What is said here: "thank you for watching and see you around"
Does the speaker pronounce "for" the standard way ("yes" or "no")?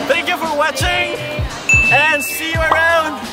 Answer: yes